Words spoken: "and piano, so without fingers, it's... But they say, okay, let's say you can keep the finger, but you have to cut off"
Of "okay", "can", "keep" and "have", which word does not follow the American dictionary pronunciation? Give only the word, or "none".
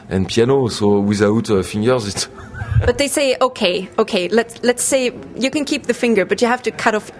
have